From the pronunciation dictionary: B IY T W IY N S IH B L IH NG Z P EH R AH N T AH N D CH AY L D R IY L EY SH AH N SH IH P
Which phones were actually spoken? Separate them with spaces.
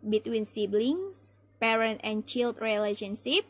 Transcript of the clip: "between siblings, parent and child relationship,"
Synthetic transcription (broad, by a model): B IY T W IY N S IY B L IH NG S P EH R AH N T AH N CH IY L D R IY L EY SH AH N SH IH P